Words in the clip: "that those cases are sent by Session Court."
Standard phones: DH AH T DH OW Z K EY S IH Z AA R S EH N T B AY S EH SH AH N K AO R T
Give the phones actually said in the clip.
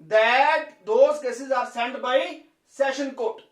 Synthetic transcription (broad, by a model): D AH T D OW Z K EY S IH Z AA R S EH N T B AY S EH SH AH N K AO T